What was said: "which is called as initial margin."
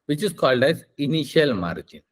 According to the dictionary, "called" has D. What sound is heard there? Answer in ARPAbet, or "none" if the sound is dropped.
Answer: D